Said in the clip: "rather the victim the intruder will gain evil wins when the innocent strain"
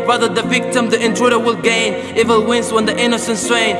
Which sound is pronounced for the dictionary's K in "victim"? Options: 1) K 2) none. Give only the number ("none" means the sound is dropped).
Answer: 1